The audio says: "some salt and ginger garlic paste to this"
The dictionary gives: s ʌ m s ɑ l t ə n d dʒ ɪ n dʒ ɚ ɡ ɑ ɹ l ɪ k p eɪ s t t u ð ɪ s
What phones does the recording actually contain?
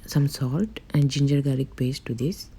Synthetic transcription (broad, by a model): s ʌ m s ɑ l t ə n d dʒ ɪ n dʒ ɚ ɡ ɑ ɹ ɪ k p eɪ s t t u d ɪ s